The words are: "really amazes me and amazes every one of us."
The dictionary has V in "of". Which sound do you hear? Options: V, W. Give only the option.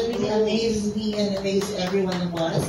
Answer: W